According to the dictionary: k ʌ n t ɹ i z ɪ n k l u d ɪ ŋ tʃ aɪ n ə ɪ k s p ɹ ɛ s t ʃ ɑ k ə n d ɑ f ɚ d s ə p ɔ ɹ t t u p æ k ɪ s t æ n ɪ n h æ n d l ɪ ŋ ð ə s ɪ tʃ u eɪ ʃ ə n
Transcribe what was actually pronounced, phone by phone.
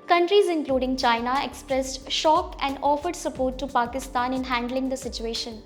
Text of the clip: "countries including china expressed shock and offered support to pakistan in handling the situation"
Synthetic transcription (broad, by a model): k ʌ n t ɹ i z ɪ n k l u d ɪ ŋ tʃ aɪ n ə ɪ k s p ɹ ɛ s t ʃ ɑ k ə n d ɑ f ɚ d s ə p ɔ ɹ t t u p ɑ k ɪ s t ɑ n ɪ n h æ n d l ɪ ŋ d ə s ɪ tʃ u eɪ ʃ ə n